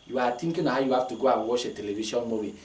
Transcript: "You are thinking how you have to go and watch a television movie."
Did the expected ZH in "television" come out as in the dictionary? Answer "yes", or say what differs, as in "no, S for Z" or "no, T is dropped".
no, SH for ZH